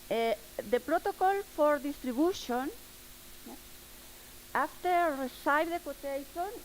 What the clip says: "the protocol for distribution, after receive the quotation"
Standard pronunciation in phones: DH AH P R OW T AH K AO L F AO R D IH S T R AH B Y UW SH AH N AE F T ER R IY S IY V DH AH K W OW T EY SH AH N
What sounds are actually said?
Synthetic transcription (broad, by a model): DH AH P R OW T AH K AO L F AO R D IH S T R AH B Y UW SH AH N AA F T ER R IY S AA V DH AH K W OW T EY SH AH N